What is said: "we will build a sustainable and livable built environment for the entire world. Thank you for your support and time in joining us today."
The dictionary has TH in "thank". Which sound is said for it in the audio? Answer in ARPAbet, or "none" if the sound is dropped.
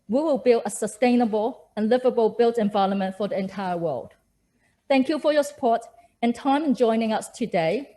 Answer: TH